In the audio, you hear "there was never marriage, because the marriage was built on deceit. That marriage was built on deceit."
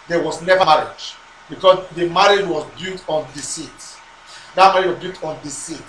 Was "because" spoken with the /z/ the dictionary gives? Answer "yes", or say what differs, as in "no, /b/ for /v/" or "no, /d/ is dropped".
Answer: no, /s/ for /z/